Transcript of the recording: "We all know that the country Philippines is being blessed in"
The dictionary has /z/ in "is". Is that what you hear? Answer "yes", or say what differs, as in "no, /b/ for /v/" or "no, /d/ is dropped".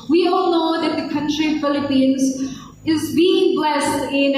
yes